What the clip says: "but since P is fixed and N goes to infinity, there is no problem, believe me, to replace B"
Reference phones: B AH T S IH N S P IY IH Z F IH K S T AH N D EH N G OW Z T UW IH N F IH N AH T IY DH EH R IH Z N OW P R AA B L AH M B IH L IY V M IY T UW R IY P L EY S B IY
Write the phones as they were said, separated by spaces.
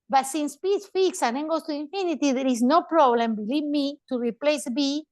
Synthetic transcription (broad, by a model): B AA T S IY N S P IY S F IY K S AH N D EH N G OW S T UW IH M F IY N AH T IY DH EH R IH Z N OW P R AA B L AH M B IH L IY V M IY T UW R IY P L EY S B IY